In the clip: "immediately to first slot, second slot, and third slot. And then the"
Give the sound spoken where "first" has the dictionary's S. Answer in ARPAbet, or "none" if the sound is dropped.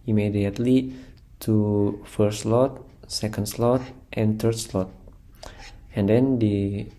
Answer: none